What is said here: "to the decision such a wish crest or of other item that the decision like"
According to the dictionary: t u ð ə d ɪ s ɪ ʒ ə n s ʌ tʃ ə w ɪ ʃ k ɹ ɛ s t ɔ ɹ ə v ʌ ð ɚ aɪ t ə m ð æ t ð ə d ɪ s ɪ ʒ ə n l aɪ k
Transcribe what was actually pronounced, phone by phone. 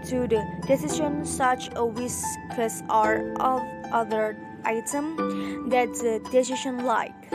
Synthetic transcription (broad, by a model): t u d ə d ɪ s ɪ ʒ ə n s ʌ tʃ ə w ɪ s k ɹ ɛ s ɔ ɹ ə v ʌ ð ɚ aɪ t ə m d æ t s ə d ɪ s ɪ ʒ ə n l aɪ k